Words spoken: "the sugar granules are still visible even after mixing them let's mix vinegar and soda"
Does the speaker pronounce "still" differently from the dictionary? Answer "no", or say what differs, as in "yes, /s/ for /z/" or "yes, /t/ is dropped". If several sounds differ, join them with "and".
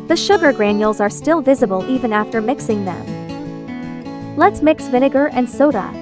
no